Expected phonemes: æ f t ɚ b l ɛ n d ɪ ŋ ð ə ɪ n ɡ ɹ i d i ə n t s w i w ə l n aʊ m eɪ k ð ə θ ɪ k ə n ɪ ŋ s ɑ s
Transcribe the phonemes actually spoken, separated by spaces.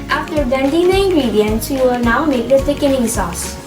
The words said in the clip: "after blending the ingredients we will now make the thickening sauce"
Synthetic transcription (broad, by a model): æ f t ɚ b ɛ n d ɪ ŋ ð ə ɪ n ɡ ɹ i d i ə n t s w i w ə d n aʊ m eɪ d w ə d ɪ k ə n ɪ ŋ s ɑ s